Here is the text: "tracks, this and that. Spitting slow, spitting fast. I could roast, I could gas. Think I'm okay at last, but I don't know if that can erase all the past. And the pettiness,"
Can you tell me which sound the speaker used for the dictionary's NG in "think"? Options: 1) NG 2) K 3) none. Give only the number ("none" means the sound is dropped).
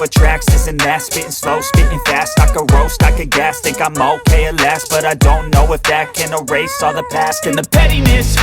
3